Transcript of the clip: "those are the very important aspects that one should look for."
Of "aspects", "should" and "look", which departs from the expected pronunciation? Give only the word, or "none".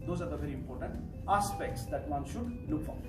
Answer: none